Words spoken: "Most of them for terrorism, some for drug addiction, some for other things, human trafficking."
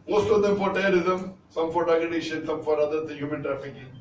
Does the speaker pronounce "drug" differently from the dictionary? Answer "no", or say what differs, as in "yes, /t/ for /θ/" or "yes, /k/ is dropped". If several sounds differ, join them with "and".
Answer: yes, /ɹ/ is dropped